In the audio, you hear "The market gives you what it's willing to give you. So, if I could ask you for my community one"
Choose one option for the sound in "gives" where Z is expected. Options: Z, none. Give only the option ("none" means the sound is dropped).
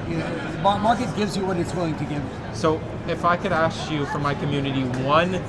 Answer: Z